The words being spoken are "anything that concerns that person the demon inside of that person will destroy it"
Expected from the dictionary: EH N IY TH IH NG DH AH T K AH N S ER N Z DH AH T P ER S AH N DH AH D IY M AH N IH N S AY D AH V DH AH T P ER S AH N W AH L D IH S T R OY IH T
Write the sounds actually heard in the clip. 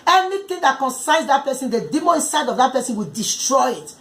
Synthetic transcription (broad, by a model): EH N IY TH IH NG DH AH T K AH N S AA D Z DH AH T P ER S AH N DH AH D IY M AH IH N S AY D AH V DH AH T P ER S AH N W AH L D IH S T R OY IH T